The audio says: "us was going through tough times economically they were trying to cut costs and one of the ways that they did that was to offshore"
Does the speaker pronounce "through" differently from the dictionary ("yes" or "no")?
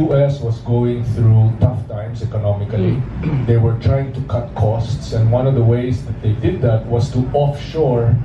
no